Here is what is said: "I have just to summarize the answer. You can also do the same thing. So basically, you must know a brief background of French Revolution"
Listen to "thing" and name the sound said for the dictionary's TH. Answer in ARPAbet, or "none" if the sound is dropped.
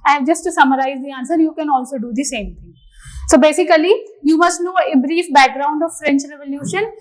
T